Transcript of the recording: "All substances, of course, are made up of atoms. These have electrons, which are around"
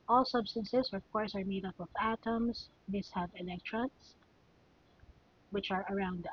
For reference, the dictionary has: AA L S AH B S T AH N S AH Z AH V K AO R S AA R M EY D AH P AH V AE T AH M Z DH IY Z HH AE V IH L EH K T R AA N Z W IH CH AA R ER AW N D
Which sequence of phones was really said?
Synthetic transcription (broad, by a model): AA L S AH B S T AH N S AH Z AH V K AO R S AA R M EY D AH P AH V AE T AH M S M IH S HH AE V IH L EH K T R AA N S W IH CH AA R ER AW N D